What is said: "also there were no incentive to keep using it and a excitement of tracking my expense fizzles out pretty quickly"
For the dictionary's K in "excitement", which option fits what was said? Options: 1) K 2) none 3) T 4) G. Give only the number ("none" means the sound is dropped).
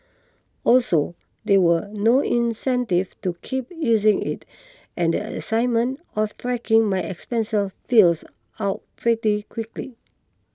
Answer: 2